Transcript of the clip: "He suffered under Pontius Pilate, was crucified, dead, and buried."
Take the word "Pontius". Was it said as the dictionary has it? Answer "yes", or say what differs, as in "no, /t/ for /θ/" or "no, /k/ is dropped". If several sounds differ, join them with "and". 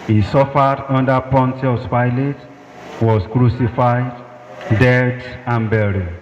yes